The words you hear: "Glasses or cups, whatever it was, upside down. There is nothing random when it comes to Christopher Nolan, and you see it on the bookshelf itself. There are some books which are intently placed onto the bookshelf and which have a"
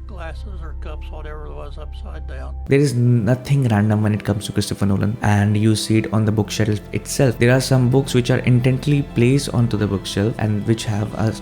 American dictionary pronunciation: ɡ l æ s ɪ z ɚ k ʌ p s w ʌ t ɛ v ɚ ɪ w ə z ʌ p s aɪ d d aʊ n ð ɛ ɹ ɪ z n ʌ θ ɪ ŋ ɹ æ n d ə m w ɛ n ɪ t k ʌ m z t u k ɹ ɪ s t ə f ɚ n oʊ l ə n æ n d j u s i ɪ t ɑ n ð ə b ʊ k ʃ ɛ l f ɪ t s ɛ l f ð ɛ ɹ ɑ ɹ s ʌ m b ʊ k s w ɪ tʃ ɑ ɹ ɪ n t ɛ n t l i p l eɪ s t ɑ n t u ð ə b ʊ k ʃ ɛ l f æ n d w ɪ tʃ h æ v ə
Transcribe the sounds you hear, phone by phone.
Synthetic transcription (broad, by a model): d d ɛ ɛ ɹ ɪ z n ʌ t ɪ ŋ ɹ æ n d ə m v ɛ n ɪ t k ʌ m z t u k ɹ ɪ s t ə f ɚ n oʊ l ə n æ n d j u s i ɪ t ɑ n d ə b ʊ k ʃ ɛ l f ɪ t s ɛ l f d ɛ ɹ ɑ ɹ s ʌ m b ʊ k s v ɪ tʃ ɑ ɹ ɪ n t ɛ n t l i p l eɪ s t ɑ n t u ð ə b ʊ k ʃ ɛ l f æ n d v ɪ tʃ h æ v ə